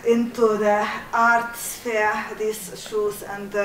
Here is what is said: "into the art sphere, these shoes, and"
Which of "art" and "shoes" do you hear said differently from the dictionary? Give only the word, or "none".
shoes